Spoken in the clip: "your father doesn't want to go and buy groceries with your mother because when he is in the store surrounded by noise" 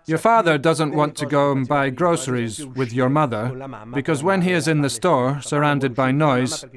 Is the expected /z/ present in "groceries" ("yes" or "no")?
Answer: yes